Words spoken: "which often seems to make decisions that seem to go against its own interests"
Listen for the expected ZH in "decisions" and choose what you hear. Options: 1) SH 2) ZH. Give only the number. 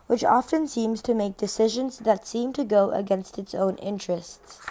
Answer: 2